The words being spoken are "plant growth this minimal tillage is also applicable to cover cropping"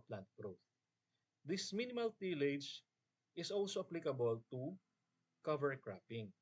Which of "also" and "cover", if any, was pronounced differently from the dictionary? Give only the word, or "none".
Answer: none